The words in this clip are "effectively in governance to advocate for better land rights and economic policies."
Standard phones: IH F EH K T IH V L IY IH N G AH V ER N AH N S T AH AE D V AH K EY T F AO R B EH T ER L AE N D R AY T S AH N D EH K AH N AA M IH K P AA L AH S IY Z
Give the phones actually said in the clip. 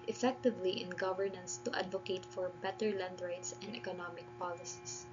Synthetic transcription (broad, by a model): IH F EH K T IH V L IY IH N G AH V ER N AH N S T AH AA D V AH K EY T F AO R B EH T ER L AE N D R AY T S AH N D EH K AH N AA M IH K P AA L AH S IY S